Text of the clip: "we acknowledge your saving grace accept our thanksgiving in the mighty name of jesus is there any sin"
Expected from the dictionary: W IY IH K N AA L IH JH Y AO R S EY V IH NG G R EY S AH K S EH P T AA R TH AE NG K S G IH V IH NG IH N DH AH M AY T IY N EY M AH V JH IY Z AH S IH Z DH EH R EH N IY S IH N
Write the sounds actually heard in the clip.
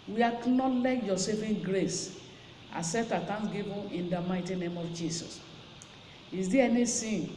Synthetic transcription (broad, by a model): W IY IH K N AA L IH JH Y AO S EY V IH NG G R EY S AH S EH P T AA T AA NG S G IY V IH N IH N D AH M AY T IY N EY M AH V JH IY S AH S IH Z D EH EH N IY S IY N